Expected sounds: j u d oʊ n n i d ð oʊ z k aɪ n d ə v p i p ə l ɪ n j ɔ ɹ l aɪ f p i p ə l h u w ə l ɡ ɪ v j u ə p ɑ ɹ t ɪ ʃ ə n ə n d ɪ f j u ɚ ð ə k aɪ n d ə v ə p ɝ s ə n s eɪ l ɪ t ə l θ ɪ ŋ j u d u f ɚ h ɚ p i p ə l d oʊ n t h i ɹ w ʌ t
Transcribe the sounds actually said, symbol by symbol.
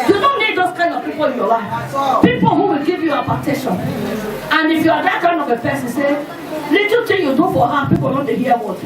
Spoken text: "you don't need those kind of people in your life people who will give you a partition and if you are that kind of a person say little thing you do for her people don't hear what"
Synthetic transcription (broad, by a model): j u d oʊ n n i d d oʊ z k aɪ n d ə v p i p ə l ɪ n j ɔ l aɪ f p i p ə l h u w ə l ɡ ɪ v j u ə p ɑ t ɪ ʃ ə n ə n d ɪ f j u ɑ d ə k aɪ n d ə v ə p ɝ s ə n s eɪ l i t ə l t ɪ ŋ j u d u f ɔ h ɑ p i p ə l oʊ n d h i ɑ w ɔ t